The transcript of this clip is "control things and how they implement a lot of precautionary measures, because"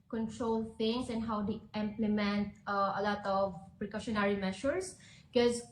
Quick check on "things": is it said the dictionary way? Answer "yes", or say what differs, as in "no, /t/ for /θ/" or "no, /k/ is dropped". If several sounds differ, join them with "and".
no, /t/ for /θ/